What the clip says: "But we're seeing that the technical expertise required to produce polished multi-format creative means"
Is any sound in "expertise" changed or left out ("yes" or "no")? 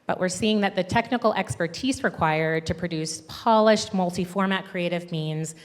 no